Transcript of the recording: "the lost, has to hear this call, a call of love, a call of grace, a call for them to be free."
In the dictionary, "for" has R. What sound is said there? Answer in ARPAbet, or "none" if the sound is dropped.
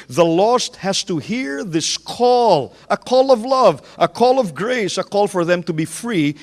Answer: R